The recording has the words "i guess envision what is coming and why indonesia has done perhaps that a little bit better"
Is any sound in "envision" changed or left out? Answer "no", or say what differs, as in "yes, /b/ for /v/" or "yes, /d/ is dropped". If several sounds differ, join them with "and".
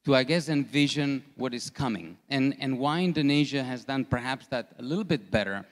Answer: no